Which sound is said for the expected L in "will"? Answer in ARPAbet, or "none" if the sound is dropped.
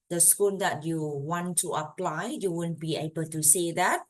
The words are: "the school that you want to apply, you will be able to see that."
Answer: N